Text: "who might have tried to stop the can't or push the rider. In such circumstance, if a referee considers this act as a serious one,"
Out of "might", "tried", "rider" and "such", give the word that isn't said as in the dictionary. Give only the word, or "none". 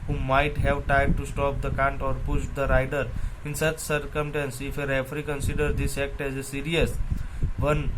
tried